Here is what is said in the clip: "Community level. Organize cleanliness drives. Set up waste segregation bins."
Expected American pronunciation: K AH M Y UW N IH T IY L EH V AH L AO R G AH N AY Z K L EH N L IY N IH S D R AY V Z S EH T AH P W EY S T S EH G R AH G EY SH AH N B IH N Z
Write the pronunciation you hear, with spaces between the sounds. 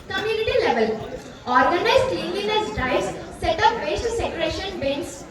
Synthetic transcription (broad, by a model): K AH M Y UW N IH T IY L EH V AH L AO R G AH N AY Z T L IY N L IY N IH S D AY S S EH T AH P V EY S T S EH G R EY SH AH N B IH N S